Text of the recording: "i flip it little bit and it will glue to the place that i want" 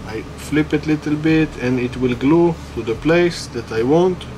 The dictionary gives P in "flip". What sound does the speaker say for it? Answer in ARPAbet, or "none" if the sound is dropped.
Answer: P